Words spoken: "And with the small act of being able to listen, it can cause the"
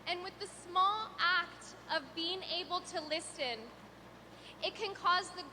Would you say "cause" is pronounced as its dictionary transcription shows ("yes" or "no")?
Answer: yes